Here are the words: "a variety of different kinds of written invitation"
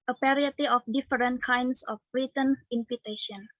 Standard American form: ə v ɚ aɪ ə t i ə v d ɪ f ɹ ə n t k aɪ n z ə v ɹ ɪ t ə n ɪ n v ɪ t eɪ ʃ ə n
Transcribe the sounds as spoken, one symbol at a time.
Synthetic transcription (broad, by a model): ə p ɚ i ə t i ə f d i f ɹ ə n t k aɪ n s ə b ɹ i t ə n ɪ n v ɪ t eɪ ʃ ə n